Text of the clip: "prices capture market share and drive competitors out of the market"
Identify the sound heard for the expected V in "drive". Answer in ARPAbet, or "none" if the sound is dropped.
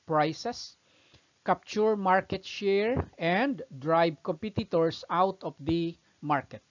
B